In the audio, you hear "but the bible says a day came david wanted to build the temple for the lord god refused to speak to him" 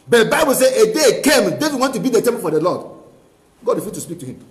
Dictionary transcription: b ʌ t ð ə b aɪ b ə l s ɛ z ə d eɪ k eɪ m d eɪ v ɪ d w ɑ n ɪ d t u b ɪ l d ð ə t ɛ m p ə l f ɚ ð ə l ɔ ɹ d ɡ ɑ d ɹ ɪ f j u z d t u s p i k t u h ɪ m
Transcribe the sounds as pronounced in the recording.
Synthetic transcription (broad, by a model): b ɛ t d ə b aɪ b ə l s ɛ ə d eɪ k eɪ m d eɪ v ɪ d w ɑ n t u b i d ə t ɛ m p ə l f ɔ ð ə l ɔ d ɡ ɑ d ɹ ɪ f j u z t u s p i k t u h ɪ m